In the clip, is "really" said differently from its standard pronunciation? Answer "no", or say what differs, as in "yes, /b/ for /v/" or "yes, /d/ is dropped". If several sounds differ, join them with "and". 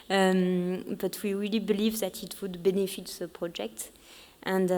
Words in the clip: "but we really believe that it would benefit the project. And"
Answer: no